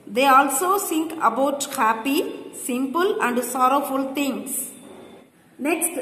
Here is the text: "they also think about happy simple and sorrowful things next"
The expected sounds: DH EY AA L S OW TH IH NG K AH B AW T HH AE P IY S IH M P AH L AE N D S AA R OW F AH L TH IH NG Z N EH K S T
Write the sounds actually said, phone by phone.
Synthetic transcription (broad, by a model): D EY AA L S OW S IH NG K AH B AW T HH AE P IY S IH M P AH L AE N D S AA R OW F AH L T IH NG S N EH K S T